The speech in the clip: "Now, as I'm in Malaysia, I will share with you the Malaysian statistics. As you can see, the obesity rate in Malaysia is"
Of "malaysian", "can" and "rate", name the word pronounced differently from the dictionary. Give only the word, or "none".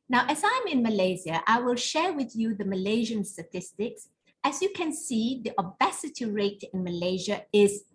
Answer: none